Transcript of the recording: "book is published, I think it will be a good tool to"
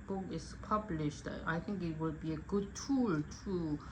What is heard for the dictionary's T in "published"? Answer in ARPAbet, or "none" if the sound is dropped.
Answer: T